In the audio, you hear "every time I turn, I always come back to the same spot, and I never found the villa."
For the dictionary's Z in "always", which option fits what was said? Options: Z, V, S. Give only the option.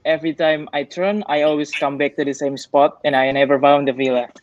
S